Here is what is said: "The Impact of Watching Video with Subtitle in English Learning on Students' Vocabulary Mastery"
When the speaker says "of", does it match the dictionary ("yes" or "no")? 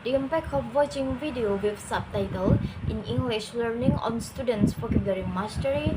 no